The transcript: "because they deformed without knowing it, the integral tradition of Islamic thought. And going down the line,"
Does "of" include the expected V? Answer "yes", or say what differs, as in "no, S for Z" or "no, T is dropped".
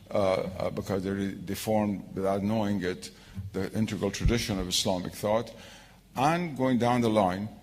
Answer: yes